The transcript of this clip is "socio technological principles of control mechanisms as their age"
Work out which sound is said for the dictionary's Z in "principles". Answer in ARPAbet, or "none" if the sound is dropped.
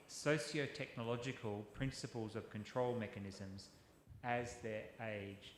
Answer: Z